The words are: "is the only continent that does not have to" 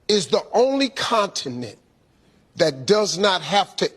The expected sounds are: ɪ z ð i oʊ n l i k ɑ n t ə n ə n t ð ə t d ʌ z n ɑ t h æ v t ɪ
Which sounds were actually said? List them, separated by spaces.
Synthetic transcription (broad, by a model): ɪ z ð i oʊ n l i k ɑ n t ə n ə n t ð ə t d ʌ z n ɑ t h æ f t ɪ